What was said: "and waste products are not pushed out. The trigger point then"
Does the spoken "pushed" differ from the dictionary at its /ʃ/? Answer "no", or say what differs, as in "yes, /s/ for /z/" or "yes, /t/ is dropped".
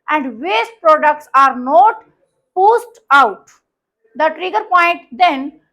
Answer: yes, /s/ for /ʃ/